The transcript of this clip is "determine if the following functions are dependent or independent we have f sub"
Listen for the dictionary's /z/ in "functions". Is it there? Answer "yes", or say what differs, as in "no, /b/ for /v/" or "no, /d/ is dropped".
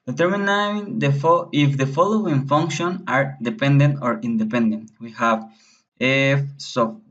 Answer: no, /z/ is dropped